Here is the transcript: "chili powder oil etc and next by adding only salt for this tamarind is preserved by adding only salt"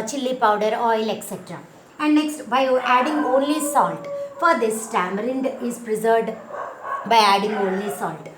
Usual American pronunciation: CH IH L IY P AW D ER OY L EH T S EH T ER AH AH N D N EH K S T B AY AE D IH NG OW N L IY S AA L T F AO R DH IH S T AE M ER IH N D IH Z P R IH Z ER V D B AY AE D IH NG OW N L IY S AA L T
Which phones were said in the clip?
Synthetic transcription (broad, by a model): CH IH L IY P AW D ER OY L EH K S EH T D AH AH N D N EH K S T B AY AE D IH NG OW N L IY S AA L T F AO R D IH S T AE M ER IH N D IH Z P R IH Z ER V D B AY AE D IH NG OW N L IY S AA L T